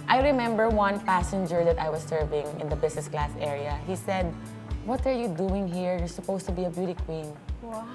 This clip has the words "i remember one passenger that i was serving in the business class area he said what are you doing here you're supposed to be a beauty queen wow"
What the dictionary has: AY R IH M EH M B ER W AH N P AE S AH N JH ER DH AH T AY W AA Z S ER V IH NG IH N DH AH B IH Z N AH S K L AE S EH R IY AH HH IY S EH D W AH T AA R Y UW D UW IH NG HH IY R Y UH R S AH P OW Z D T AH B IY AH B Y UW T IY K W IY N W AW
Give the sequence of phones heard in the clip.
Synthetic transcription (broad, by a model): AY R IH M EH M B ER W AH N P AE S AH N JH ER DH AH T AY W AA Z S ER V IH NG IH N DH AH B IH S N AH S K L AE S EH R IY AH HH IY S EH D W AH T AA R Y UW D UW IH NG HH IY R Y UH R S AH P OW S T AH B IY AH B Y UW T IY K W IY N